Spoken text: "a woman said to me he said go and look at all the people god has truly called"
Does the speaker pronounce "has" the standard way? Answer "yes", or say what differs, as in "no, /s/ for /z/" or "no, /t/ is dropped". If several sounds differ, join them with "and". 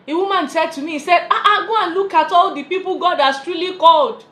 no, /s/ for /z/